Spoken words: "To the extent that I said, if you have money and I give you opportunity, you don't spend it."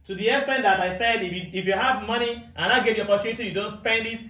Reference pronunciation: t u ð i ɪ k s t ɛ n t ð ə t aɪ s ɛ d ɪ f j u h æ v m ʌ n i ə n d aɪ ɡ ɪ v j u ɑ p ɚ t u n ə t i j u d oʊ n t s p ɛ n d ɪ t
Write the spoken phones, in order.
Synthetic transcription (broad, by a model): t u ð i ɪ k s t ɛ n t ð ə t aɪ s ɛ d ɪ f j u h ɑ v m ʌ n i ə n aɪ ɡ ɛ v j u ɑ p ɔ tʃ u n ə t i j u d oʊ n t s p ɛ n d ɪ t